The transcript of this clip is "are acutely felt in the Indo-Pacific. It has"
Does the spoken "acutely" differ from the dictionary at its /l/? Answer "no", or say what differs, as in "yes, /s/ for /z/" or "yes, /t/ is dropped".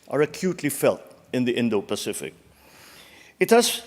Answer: no